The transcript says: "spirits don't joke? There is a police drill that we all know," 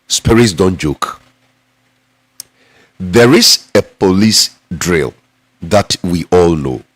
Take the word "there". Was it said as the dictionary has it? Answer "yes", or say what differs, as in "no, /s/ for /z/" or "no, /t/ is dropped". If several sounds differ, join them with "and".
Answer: yes